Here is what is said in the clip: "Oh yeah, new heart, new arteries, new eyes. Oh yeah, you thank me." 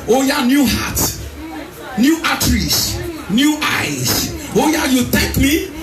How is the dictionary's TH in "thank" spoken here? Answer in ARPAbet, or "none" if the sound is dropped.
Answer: T